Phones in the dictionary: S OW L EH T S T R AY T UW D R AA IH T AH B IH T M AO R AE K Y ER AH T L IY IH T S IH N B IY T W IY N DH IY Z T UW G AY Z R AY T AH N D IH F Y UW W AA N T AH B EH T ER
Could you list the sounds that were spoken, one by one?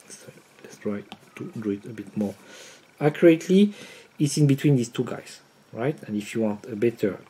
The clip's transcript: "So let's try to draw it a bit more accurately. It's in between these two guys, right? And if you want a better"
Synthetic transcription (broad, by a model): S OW L EH T S T R AY T UW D UW IH T AH B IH T M AO R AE K Y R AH T L IY IH T S IH N B IY T W IY N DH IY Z T UW G AY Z R AY T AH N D IH F Y UW W AA N T AH B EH T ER